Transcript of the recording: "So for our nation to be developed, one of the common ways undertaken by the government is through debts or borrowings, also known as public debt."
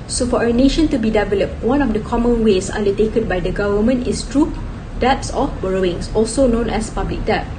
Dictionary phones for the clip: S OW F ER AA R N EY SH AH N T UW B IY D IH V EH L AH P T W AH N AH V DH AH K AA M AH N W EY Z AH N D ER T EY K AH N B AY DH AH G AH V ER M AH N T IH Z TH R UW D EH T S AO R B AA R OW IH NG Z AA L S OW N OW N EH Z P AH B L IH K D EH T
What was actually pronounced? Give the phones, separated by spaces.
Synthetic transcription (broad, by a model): S OW F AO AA N EY SH AH N T UW B IY D IH V EH L AH P T W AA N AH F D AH K AA M AH N W EY S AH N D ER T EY K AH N B AY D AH G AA V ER M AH N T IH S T R UW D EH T S AO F B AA R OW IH NG S AA L S OW N OW N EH S P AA B L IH K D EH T